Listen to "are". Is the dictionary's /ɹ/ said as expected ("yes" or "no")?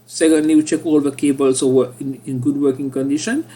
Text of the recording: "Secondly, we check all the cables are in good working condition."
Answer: no